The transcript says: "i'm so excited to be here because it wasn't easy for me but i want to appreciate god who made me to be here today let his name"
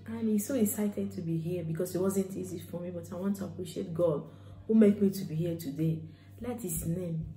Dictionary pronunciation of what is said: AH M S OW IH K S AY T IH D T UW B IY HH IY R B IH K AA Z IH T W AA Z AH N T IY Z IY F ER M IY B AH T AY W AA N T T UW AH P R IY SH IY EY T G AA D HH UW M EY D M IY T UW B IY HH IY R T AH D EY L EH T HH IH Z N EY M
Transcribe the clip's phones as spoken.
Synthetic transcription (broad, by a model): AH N S OW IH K S AY T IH D T UW B IY HH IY B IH K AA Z IH T W AA Z AH N T IY Z IY F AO M IY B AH T AY W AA N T T UW AH P R IY SH IY EY T G AA D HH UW M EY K M IY T UW B IY HH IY T AH D EY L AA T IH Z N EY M